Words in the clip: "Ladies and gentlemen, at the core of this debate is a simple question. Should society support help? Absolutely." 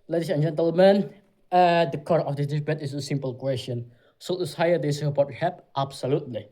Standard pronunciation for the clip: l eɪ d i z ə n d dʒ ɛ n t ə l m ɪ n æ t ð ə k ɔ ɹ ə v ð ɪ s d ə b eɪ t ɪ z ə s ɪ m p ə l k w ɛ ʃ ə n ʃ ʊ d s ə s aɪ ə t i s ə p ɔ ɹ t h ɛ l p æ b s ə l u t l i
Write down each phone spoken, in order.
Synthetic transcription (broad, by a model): l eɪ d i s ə n dʒ ɛ n t ə l m ɪ n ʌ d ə k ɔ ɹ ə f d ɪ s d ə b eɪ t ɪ s ə s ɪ m p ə l k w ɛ s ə n s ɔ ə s aɪ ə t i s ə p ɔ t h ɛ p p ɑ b s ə l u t l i